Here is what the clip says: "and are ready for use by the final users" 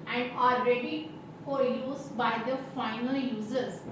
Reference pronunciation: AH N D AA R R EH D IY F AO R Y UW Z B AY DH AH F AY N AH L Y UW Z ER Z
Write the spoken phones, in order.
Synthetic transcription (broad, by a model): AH N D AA L R EH D IY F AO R Y UW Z B AY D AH F AY N AH L Y UW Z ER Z